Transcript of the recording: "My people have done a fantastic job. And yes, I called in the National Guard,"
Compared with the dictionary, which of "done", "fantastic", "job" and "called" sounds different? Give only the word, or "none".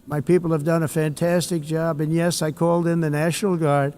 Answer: none